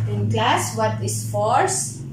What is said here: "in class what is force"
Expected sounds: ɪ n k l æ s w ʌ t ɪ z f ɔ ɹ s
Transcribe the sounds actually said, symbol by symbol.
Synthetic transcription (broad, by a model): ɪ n k l æ s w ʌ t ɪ s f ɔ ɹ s